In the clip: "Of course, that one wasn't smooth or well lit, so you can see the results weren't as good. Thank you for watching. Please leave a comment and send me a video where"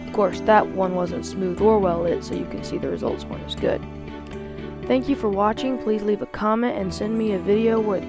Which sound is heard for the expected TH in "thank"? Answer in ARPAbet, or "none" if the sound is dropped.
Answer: TH